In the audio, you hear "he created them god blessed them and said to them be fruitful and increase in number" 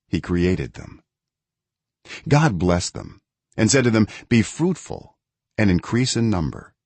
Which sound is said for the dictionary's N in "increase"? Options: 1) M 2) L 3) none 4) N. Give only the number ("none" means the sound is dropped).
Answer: 4